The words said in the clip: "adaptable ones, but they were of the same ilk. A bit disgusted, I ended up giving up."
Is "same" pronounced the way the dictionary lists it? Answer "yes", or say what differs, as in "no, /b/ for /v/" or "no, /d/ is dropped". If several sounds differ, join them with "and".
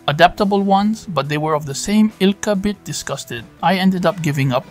yes